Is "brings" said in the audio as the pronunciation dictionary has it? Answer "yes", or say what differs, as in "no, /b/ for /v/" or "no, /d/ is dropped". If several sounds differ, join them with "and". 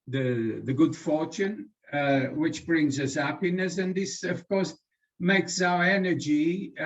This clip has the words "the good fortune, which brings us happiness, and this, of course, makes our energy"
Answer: yes